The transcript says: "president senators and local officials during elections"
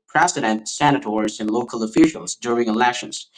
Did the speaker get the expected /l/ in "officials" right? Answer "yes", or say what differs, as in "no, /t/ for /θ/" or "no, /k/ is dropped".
yes